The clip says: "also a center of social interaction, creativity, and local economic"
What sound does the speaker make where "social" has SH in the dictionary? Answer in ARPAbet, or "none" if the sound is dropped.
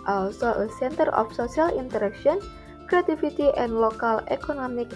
S